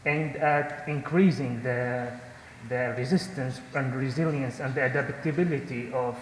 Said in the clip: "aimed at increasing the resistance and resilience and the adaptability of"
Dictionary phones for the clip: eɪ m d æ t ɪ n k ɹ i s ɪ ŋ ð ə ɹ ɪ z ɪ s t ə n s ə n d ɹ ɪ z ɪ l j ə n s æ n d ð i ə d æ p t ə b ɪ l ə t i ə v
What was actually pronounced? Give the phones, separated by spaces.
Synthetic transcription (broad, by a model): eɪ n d æ t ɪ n k ɹ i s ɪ ŋ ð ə ɹ ɪ z ɪ s t ə n s ə n d ɹ ɪ z ɪ l j ə n s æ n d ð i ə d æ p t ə b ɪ l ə t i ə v